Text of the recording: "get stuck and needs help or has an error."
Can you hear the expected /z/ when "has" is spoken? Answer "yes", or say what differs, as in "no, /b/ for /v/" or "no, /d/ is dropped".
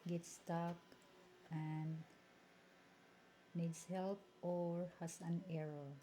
no, /s/ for /z/